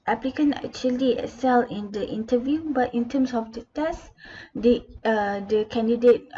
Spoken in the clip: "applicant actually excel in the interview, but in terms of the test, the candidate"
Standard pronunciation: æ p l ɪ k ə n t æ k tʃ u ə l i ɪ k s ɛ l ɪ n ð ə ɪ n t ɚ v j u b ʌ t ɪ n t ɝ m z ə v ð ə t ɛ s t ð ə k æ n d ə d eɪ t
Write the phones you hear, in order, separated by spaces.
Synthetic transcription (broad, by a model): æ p l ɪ k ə n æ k tʃ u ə l i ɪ s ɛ l ɪ n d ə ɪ n t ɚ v j u b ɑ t ɪ n t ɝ m s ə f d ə t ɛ s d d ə k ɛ n d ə d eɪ t